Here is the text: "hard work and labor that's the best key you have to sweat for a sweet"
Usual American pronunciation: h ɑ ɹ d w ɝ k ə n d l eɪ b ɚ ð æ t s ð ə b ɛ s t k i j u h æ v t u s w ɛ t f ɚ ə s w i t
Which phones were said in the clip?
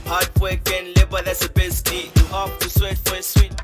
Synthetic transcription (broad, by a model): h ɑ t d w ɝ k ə n l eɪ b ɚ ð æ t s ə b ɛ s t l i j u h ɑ p t u s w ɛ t f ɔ ə s w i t